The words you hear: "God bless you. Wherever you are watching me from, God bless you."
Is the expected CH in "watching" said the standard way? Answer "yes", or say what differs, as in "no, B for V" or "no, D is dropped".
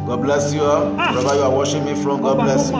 no, SH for CH